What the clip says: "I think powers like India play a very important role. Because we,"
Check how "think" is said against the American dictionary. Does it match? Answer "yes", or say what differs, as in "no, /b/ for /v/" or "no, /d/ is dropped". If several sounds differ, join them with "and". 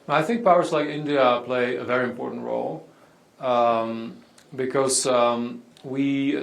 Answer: yes